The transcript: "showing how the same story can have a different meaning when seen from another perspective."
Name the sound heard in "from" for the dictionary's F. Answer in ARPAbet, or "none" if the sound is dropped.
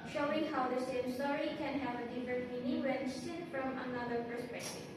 F